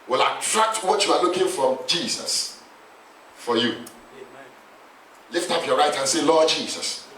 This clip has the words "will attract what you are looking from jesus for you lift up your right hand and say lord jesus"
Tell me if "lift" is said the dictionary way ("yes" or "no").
yes